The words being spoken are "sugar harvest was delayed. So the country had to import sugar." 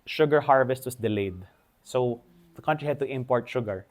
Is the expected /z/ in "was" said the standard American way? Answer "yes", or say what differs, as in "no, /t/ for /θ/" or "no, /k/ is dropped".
no, /s/ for /z/